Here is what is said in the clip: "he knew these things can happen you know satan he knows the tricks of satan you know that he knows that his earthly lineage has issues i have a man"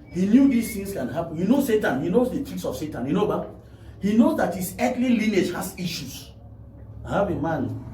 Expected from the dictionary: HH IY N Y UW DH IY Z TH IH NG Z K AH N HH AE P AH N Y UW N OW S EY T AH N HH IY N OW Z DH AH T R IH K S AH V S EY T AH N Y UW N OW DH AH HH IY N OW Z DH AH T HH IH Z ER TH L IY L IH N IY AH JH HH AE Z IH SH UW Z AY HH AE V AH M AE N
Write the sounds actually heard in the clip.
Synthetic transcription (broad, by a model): HH IY N Y UW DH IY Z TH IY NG S K AH N HH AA P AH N Y UW N OW S EY T AH N HH IY N OW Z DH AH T IY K S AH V S EY T AH N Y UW N OW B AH HH IY N OW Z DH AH T HH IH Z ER T L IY L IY N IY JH HH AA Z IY SH UW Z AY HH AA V AH M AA N